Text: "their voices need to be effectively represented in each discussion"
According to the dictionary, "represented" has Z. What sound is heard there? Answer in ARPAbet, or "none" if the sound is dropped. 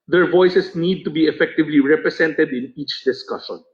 S